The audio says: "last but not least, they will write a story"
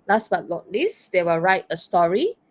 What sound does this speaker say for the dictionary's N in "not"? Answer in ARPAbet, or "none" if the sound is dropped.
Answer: L